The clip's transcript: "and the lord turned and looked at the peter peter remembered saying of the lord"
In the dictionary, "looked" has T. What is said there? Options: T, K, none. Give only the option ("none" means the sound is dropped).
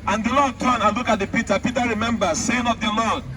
none